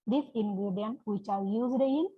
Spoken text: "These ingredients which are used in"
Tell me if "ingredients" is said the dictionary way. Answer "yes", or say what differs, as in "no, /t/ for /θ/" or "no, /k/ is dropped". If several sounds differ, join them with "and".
no, /s/ is dropped